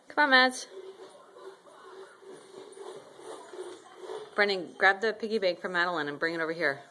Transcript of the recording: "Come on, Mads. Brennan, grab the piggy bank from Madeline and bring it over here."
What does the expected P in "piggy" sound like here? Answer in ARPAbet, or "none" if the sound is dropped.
P